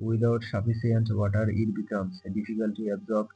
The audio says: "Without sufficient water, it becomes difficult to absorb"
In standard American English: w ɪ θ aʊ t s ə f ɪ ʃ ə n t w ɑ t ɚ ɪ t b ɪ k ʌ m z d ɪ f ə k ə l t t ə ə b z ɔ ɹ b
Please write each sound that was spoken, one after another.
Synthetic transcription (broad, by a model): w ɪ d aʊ t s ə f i s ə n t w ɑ t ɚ ɪ t b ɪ k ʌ m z d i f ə k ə l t t ə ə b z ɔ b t